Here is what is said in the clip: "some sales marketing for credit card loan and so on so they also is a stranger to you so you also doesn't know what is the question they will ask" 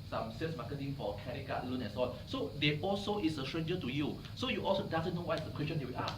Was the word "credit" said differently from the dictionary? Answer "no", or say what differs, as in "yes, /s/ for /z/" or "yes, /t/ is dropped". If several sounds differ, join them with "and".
yes, /ɹ/ is dropped